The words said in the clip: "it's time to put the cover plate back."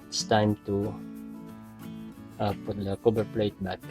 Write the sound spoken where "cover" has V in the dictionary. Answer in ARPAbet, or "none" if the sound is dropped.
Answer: B